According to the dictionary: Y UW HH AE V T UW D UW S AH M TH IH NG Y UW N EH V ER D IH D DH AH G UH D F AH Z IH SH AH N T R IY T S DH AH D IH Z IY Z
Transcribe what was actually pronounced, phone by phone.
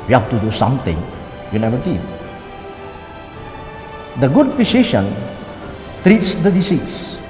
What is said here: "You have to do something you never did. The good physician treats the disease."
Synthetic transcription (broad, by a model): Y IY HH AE F T UW D UW S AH M T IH NG Y UW N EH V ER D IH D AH G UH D P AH S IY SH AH N T R IY T S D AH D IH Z IY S